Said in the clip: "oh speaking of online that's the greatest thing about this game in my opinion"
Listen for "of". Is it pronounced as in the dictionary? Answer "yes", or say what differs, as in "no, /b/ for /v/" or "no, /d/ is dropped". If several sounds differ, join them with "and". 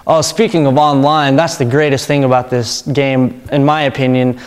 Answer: yes